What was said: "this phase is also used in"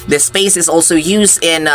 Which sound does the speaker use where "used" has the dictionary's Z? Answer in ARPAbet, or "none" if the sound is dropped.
Z